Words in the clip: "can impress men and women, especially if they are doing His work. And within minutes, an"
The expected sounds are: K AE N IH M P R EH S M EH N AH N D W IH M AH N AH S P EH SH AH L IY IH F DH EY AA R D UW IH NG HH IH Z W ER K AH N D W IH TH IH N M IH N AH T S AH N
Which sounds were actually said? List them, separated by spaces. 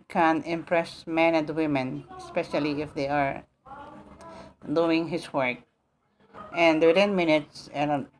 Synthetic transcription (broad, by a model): K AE N IH M P R EH S M EH N AH N D W IH M AH N AH S P EH SH AH L IY IH F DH EY AA R D UW IH NG HH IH S W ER K AH N D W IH T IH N M IH N AH T S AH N